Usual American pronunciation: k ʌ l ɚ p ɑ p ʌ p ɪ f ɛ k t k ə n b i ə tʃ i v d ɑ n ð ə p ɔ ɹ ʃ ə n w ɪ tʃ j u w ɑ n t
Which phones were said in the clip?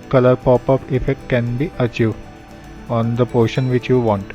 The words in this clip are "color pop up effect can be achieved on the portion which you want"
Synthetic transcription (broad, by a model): k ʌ l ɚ p ɑ p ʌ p ɪ f ɛ k t k ə n b i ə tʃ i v ɑ n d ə p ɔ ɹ ʃ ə n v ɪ tʃ j u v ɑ n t